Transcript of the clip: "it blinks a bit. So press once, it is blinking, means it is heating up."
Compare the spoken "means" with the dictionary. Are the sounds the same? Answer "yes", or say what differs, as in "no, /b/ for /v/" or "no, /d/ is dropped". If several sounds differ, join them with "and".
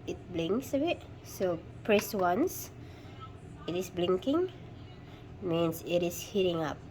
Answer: no, /s/ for /z/